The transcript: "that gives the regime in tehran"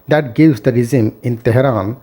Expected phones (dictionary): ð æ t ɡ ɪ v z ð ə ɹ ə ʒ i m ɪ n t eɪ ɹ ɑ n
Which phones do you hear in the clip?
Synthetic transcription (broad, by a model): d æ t ɡ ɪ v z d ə ɹ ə z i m ɪ n t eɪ ɹ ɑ n